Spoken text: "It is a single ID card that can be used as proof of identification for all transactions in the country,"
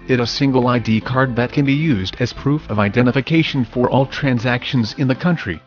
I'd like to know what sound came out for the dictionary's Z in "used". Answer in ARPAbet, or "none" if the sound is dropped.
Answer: Z